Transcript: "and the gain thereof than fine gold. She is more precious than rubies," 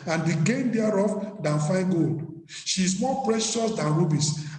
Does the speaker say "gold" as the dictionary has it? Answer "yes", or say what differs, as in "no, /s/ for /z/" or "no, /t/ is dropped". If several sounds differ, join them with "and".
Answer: yes